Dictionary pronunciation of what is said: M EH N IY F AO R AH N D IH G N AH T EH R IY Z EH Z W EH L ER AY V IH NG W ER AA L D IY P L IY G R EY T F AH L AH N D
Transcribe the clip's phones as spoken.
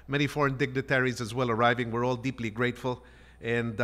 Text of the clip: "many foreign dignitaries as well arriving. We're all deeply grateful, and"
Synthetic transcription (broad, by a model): M EH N IY F AO R AH N D IH G N AH T EH R IY Z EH Z W EH L ER AY V IH NG W ER AA L D IY P L IY G R EY T F AH L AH N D